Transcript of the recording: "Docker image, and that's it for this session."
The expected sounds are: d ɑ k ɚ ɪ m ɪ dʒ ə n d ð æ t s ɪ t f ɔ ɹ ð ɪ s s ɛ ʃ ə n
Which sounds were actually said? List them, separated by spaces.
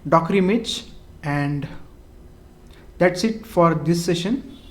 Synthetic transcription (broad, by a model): d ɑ k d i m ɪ tʃ ə n d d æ t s ɪ t f ɔ ɹ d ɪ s s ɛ ʃ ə n